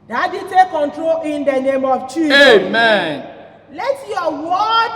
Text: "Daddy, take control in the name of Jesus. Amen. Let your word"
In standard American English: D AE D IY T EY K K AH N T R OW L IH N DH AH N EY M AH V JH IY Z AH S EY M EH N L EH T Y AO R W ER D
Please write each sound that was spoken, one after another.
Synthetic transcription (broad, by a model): D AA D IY T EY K K AH N T R OW L IH N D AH N EY M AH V CH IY EY M EH N L EH T Y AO W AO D